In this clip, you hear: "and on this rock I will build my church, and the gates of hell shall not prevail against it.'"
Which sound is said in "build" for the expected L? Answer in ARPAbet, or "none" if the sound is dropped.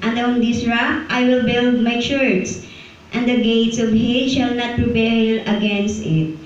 L